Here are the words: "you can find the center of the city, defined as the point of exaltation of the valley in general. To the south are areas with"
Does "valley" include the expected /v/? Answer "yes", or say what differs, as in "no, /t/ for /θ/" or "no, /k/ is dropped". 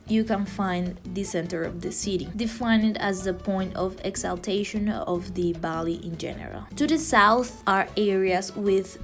no, /b/ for /v/